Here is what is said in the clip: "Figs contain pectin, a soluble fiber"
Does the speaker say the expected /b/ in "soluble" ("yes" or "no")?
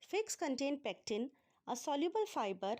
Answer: yes